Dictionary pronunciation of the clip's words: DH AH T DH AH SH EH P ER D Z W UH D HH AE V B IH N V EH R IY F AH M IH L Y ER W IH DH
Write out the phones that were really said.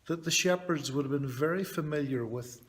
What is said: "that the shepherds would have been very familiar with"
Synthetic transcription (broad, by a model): DH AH T DH AH SH EH P ER D Z W UH D V B IH N V EH R IY F AH M IH L Y ER W IH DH